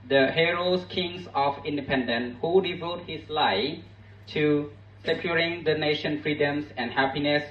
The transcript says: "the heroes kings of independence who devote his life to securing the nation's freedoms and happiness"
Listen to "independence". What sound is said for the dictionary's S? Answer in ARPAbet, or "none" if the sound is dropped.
none